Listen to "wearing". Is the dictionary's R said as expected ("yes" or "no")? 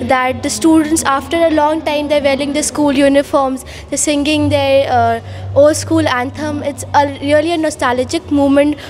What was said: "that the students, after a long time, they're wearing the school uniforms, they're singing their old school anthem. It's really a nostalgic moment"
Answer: no